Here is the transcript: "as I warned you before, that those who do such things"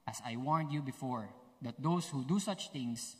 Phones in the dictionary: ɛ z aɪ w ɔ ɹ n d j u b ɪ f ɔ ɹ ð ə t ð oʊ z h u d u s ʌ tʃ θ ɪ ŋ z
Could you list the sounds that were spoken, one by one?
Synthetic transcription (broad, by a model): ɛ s aɪ w ɔ ɹ n d j u b ɪ f ɔ ɹ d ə t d oʊ s h u d u s ʌ tʃ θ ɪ ŋ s